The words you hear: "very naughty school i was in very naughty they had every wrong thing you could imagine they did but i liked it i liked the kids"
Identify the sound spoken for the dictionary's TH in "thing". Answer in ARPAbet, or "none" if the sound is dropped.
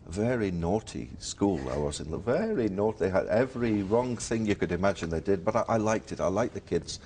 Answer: TH